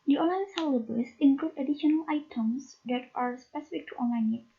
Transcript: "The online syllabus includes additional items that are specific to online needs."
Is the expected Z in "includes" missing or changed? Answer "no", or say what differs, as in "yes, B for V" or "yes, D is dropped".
yes, Z is dropped